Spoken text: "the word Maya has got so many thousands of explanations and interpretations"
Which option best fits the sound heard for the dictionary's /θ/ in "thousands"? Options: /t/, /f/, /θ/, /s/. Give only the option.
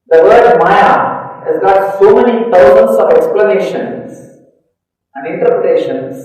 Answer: /t/